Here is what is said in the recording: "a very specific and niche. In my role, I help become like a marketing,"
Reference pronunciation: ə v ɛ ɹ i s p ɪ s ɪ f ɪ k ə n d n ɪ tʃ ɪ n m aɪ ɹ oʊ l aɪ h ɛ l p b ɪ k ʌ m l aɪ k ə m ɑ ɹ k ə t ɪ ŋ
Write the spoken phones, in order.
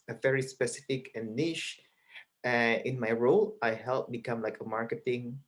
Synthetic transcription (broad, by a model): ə v ɛ ɹ i s p ɪ s ɪ f ɪ k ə n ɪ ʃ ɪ ɪ n m aɪ ɹ oʊ l aɪ h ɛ l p b ɪ k ʌ m l aɪ k ə m ɑ ɹ k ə t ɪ ŋ